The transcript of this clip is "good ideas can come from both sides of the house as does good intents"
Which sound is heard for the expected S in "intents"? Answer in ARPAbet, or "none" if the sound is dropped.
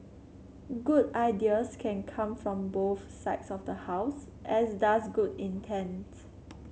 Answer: none